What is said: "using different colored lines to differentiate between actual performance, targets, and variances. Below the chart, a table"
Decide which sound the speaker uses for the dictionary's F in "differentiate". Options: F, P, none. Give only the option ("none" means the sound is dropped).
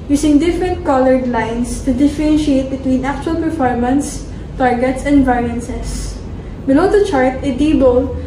F